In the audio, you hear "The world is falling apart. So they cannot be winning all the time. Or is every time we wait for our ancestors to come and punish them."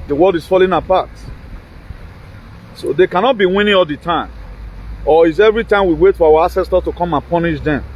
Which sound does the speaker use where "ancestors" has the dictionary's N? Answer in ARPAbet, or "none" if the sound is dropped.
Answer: none